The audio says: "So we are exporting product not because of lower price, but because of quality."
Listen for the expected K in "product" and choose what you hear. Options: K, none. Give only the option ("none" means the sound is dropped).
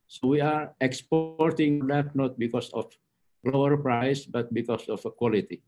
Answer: none